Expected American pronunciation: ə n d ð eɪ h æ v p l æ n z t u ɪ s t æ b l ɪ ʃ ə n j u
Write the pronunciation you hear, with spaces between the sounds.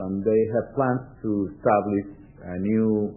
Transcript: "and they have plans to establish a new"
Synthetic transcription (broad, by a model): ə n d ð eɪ h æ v p l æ n s t u ɪ s t æ b l ɪ ʃ ə n j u